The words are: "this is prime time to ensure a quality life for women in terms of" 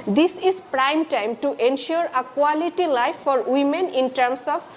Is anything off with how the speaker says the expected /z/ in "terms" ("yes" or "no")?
yes